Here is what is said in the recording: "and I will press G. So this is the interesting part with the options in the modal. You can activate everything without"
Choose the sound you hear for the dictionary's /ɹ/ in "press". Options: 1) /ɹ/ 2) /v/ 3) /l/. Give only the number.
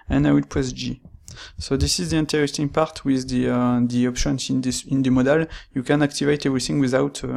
3